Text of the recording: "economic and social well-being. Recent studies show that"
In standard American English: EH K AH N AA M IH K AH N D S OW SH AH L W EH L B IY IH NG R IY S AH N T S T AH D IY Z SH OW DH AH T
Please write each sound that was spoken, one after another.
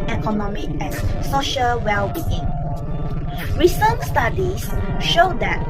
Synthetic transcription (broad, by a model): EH K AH N AA M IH K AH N S OW SH AH L W EH L B IY IH NG R IY S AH N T S T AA D IY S SH OW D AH T